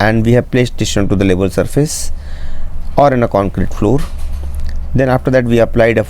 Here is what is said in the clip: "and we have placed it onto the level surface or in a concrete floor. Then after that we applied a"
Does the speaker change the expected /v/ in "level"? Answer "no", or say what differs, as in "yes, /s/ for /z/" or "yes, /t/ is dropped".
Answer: yes, /b/ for /v/